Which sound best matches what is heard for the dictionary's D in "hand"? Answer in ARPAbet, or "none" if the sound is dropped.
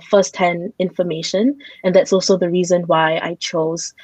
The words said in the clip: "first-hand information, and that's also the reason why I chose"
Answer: none